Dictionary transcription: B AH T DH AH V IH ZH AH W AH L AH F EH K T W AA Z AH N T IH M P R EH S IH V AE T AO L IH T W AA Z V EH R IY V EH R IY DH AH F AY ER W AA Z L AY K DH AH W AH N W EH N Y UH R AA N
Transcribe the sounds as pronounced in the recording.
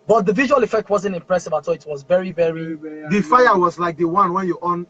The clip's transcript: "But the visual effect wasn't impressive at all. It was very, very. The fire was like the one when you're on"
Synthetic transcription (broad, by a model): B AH T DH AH V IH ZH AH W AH L AH F EH K T W AA Z AH N T IH M P R EH S IH V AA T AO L IH T W AA Z V EH R IY V EH R IY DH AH F AY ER W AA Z L AY K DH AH W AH N W EH N Y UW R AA N